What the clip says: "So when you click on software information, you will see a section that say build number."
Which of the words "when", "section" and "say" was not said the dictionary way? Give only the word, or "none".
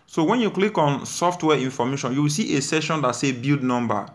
section